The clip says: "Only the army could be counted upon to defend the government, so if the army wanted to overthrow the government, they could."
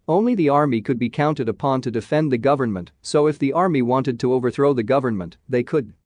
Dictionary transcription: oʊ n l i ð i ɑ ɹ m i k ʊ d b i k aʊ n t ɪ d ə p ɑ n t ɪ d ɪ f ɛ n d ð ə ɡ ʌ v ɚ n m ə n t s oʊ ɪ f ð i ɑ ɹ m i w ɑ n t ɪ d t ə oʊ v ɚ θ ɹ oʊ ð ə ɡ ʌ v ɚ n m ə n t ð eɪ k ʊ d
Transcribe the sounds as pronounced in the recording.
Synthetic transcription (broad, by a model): oʊ n l i ð i ɑ ɹ m i k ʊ d b i k aʊ n t ɪ d ə p ɑ n t ɪ d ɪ f ɛ n ð ə ɡ ʌ v ɚ n m ə n t s oʊ ɪ f ð i ɑ ɹ m i w ɑ n t ɪ d t ə oʊ v ɚ θ ɹ oʊ ð ə ɡ ʌ v ɚ n m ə n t ð eɪ k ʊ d